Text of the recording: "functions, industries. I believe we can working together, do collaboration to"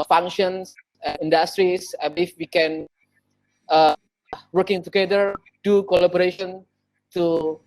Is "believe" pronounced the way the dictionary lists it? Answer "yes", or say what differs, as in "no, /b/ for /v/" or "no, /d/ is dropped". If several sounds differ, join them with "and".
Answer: no, /l/ is dropped and /f/ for /v/